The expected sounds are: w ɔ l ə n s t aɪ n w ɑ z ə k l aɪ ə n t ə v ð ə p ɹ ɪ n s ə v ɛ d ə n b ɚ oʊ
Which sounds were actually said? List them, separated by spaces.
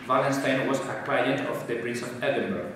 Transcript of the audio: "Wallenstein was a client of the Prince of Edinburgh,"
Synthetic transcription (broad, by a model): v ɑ l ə n s t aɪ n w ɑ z ə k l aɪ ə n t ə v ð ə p ɹ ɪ s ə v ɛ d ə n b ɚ